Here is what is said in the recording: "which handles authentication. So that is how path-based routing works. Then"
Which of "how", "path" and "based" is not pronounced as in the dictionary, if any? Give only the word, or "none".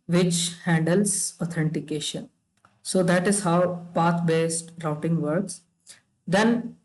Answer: path